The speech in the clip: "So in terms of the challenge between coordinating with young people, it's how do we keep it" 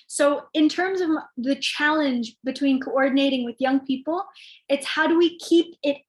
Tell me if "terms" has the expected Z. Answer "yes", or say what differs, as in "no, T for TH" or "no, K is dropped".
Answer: yes